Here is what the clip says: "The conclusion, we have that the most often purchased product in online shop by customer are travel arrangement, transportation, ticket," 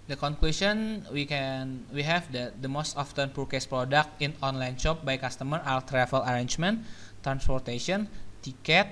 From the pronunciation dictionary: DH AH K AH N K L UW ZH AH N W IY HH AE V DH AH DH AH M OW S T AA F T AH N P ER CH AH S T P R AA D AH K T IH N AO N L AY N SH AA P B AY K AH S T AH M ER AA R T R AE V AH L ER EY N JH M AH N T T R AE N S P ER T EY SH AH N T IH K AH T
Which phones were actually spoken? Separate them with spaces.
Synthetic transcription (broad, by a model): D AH K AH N K L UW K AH N W IY HH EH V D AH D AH M OW S T AA F T AH N P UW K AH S P R AA D AH K T IH N AO N L AY N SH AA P B AY K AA S T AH M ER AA L T R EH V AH L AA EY N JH M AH N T T R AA N S P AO T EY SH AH N T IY K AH T